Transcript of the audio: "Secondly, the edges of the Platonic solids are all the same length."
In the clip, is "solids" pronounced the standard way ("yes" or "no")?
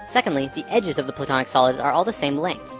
yes